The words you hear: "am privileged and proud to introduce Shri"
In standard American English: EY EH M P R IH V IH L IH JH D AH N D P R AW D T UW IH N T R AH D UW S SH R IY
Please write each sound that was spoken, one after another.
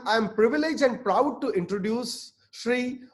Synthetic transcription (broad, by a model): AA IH M P R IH V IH L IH JH AH N D P R AW D T UW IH N T R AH D UW S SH R IY